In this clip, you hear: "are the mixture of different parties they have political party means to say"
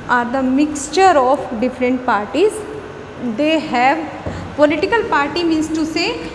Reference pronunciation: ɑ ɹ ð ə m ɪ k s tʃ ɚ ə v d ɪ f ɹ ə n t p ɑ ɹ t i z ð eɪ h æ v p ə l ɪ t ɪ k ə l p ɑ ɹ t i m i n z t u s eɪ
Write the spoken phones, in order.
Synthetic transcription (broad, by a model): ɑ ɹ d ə m ɪ k s tʃ ɚ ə f d ɪ f ɹ ə n t p ɑ ɹ t i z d eɪ h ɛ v p ə l ɪ t ɪ k ə l p ɑ ɹ t i m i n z t u s eɪ